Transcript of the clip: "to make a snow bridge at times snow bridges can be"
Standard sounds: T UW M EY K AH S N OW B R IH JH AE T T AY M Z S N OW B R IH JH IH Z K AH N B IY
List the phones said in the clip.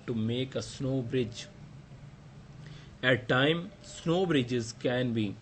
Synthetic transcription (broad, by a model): T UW M EY K AH S N OW B R IH JH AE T T AY M S N OW B R IH JH IH Z K AH N B IY